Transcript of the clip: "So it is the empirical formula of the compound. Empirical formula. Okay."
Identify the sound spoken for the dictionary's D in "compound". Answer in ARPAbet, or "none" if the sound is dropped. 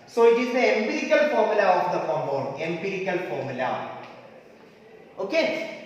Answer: none